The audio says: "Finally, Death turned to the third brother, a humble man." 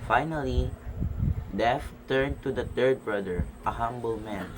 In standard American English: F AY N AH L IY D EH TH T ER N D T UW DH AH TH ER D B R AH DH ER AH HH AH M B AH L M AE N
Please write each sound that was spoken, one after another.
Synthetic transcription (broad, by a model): F AY N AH L IY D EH F T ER N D T UW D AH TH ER D B R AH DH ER AH HH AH M B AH L M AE N